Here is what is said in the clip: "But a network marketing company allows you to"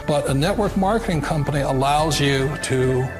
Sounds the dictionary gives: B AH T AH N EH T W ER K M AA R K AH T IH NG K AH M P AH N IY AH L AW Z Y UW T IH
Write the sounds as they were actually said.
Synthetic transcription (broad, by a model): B AH T AH N EH T W ER K M AA R K AH T IH NG K AH M P AH N IY AH L AW Z Y UW T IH